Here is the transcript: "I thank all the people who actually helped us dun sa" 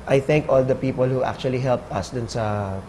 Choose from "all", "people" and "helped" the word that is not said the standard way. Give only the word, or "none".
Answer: none